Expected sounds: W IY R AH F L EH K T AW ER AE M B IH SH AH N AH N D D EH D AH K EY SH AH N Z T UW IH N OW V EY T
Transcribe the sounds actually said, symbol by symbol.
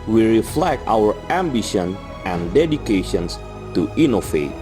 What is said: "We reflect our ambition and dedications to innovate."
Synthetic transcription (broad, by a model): W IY R AH F L EH K T AW ER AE M B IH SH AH N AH N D D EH D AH K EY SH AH N S T UW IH N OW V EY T